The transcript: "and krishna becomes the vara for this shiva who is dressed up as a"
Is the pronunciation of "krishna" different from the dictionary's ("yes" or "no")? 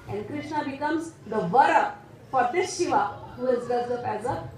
no